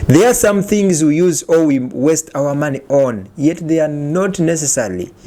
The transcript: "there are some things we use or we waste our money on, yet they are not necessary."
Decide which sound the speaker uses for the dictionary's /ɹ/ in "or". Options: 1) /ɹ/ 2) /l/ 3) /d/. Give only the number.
2